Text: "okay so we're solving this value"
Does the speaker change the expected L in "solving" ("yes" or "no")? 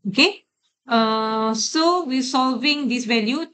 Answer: no